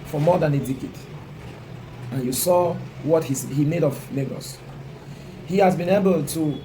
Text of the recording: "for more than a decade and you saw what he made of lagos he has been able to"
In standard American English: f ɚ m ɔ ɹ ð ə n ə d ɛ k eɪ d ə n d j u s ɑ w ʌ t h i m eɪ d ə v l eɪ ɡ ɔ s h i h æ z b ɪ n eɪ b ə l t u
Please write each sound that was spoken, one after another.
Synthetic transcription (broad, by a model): f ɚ m ɔ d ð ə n ə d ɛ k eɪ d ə n j u s ɑ w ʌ t h i m eɪ d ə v n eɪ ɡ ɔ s h i h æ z b ɪ n eɪ b ə l t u